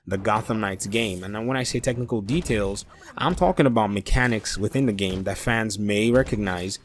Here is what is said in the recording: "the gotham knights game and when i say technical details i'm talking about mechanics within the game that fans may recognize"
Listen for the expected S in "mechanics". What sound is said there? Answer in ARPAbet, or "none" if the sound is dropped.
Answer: S